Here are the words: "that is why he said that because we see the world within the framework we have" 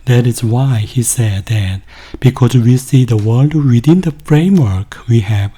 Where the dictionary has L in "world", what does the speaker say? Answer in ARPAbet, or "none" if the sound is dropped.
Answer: L